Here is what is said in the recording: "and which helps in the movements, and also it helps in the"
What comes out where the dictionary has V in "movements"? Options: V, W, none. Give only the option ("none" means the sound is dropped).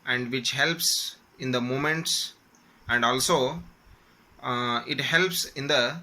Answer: none